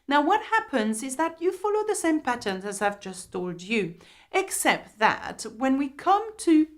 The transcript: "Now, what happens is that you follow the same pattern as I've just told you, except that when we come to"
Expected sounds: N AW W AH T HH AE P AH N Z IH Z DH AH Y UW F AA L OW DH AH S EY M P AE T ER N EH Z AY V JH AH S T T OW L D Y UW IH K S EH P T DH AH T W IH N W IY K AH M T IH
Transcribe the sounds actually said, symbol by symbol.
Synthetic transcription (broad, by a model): N AW W AH T HH AE P AH N Z IH Z DH AH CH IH F AA L OW DH AH S EY M P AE T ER N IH Z AY V JH AH S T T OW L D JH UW IH K S EH P T DH AH T W IH N W IY K AH M T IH